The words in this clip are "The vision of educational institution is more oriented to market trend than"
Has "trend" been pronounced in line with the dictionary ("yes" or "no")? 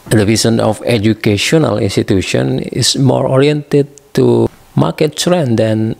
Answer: no